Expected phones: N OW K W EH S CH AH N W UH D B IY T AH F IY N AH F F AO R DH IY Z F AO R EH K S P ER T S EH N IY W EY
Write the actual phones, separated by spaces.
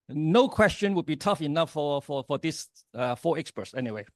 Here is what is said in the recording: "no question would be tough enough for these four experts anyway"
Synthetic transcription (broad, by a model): N OW K W EH S CH AH N W UH D B IY T AH F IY N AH F F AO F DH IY S F AO EH K S P ER T S EH N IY W EY